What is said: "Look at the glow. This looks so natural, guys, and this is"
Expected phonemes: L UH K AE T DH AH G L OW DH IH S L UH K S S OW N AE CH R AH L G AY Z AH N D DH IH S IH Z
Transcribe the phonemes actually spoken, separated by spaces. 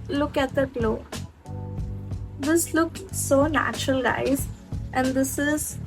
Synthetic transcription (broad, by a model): L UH K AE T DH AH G L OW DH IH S L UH K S S OW N AE CH R AH L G AY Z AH N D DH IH S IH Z